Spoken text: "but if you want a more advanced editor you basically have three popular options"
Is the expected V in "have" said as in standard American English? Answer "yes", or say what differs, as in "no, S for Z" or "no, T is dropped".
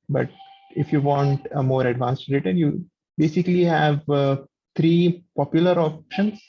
yes